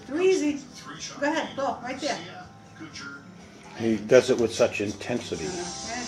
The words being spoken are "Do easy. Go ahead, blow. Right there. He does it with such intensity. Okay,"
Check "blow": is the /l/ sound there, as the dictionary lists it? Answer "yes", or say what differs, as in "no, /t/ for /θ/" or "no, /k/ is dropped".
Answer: no, /l/ is dropped